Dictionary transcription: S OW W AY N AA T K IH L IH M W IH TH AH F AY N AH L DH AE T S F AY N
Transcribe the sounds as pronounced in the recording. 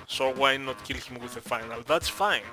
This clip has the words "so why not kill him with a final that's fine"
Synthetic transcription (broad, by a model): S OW W AY N AA T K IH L IH M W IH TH AH F AY N AH L DH AE T S F AY N